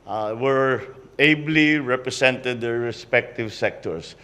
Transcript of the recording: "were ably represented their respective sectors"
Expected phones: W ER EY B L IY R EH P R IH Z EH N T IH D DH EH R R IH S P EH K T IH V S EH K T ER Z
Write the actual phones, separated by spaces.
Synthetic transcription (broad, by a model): W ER EY B L IY R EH P R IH S EH N T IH D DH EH R R IH S P EH K T IH V S EH K T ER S